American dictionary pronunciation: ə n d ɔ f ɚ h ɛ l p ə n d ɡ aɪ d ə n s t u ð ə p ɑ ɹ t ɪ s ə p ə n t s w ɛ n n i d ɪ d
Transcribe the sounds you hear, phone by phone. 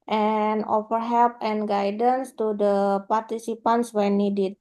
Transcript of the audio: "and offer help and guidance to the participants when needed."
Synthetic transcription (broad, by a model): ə n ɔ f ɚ h ɛ l p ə n ɡ aɪ d ə n s t u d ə p ɑ ɹ t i s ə p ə n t s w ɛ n n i d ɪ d